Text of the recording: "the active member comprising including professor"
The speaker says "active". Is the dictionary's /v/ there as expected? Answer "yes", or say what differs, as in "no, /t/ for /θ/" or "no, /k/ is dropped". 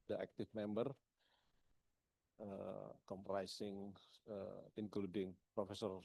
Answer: no, /f/ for /v/